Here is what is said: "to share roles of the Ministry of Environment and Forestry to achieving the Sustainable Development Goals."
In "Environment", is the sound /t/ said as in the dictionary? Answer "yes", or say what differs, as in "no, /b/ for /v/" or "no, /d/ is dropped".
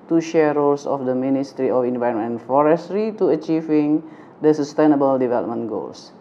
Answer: no, /t/ is dropped